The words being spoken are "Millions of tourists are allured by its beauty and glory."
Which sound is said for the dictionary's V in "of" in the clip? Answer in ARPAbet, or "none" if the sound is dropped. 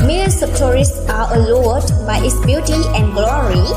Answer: P